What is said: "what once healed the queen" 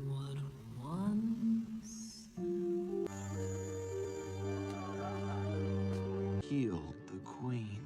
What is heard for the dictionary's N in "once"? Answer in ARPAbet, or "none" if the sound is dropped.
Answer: N